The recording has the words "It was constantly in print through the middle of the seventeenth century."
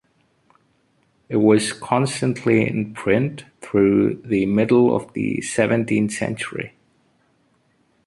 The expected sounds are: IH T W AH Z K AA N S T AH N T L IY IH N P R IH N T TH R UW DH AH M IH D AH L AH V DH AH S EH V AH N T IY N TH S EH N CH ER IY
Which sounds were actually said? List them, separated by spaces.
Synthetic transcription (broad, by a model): IH T W AH Z K AA N S T AH N T L IY IH N P R IH N T TH R UW DH AH M IH D L AH V DH AH S EH V AH N T IY N TH S EH N CH ER IY